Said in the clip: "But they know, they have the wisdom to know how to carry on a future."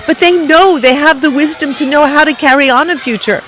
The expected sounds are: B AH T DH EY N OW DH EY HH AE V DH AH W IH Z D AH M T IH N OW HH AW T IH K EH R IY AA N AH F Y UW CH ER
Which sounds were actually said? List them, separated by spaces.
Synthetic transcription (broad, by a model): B AH T DH EY N OW DH EY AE V DH AH W IH Z D AH M T IH N OW HH AW T IH K EH R IY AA N AH F Y UW CH ER